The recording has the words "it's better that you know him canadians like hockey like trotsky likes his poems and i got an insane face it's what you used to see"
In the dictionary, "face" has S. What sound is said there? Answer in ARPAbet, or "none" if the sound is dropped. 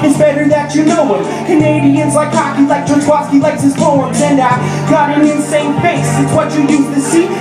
none